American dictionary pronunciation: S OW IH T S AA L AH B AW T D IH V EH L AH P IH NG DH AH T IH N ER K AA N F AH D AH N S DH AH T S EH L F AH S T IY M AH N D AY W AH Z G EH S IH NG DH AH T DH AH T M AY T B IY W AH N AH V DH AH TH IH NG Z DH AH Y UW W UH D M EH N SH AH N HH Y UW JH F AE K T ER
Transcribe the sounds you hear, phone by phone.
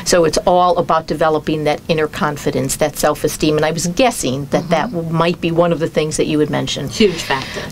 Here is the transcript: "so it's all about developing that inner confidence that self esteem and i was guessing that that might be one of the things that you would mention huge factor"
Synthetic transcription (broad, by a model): S OW IH T S AA L AH B AW T D IH V EH L AH P IH NG DH AH T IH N ER K AA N F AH D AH N S DH AH T S EH L F AH S T IY M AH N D AY W AH Z G EH S IH NG DH AH T DH AH T M AY T B IY W AH N AH V DH AH TH IH NG Z DH AH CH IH W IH D M EH N SH AH N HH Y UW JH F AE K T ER